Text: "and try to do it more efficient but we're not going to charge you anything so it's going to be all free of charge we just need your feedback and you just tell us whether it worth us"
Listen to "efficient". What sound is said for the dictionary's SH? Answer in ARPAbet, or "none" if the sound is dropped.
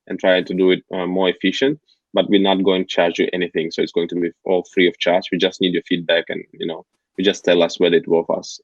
SH